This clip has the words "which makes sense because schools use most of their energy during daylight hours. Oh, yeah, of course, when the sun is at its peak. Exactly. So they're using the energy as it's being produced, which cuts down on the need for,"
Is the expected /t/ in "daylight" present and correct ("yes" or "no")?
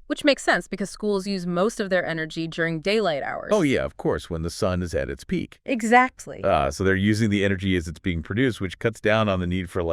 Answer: yes